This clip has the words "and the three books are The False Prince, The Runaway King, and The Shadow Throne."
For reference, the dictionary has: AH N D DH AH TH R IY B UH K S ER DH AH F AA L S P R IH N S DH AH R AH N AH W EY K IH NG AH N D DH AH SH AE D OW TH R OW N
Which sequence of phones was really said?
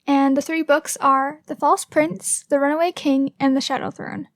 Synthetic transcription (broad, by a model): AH N DH AH TH R IY B UH K S ER DH AH F AA L S P R IH N S DH AH R AH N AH W EY K IH NG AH N DH AH SH AE D OW TH R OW N